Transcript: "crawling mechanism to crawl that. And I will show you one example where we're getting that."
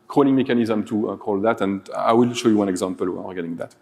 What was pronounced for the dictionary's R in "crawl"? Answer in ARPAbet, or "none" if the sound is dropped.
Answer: none